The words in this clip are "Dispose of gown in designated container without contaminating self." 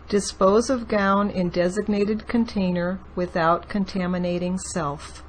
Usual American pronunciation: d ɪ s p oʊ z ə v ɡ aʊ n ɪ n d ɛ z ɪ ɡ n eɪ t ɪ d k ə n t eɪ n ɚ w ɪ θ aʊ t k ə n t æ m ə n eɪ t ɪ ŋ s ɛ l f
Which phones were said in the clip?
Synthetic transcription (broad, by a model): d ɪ s p oʊ z ə v ɡ aʊ n ɪ n d ɛ z ɪ ɡ n eɪ t ɪ d k ə n t eɪ n ɚ w ɪ θ aʊ t k ə n t æ m ə n eɪ t ɪ ŋ s ɛ l f